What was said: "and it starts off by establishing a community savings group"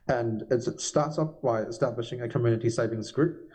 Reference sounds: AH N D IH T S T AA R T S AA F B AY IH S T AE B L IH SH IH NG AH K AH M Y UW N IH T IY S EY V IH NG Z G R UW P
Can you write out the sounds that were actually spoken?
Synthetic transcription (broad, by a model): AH N IH T S T AA R T S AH P B AY IH S T AE B L IH SH IH NG AH K AH M Y UW N IH T IY S EY V IH NG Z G R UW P